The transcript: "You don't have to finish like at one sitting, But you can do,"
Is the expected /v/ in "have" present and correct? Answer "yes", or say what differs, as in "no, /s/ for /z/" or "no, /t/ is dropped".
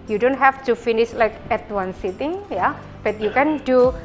no, /f/ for /v/